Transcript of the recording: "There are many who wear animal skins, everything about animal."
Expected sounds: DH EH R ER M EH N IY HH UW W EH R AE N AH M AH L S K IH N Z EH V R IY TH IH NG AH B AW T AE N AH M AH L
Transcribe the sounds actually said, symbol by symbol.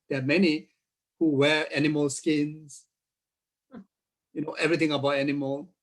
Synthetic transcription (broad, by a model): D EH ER M EH N IY HH UW W EH R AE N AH M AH L S K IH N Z EH V R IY T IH NG AH B AW T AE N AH M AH L